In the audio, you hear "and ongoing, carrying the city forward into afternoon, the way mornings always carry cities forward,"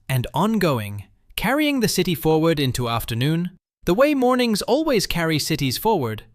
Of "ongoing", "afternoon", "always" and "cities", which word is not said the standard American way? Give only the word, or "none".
none